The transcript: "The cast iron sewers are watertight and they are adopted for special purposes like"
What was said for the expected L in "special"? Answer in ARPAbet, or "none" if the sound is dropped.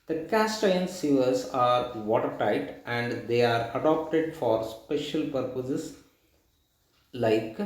L